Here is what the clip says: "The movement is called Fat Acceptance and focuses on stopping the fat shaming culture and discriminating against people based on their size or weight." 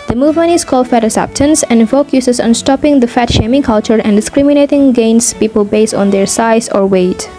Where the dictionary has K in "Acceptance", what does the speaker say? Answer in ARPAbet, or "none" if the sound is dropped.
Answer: none